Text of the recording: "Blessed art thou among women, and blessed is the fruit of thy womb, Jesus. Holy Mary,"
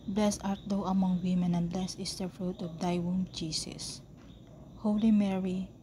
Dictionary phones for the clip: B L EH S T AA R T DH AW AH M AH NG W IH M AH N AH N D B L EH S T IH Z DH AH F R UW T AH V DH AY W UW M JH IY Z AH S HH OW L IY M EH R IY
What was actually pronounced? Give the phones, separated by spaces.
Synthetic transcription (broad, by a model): B L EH S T AA R T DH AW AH M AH NG W IH M AH N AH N B L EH S IH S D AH F R UW T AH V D AY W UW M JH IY S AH S HH OW L IY M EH R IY